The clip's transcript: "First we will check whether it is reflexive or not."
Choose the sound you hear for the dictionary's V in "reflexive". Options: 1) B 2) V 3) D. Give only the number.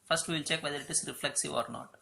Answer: 2